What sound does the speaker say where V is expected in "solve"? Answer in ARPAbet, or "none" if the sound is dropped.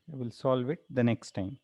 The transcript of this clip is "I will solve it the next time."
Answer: V